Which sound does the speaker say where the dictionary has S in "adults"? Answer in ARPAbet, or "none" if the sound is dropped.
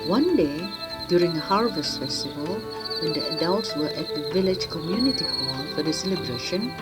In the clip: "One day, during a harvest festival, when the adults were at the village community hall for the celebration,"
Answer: S